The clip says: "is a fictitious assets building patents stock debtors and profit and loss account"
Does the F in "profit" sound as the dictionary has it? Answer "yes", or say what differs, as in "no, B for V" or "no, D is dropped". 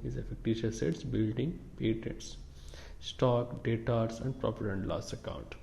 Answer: no, P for F